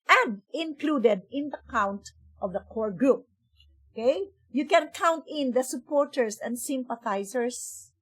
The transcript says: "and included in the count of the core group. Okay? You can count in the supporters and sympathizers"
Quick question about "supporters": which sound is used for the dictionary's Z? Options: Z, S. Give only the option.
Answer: S